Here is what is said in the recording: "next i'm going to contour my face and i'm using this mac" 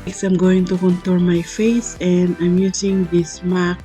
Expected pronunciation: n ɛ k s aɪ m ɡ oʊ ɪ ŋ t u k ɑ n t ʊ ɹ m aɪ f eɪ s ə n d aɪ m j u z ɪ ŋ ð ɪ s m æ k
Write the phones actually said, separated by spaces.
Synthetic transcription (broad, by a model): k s aɪ m ɡ oʊ ɪ ŋ t u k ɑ n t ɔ l m aɪ f eɪ s ə n d aɪ m j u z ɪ ŋ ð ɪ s m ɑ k